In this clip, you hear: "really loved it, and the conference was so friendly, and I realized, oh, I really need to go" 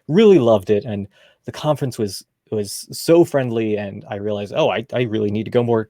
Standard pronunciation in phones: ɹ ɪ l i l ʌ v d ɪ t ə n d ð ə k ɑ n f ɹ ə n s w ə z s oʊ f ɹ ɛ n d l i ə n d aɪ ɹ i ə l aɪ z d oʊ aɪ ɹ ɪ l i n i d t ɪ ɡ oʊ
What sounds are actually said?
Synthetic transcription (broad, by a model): ɹ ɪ l i l ʌ v d ɪ t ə n ð ə k ɑ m f ɹ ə n s w ə z s oʊ f ɹ ɛ n d l i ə n aɪ ɹ i ə l aɪ z d oʊ aɪ ɹ ɪ l i n i d t ɪ ɡ oʊ